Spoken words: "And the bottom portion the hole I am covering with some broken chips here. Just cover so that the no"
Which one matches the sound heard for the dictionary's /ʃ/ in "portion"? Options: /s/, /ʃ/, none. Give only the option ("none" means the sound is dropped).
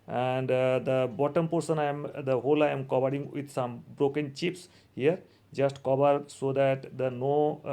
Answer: /s/